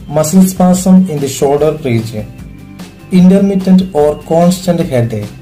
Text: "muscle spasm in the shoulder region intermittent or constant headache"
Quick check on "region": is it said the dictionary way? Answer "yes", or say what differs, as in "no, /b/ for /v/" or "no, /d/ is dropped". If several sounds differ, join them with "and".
no, /n/ is dropped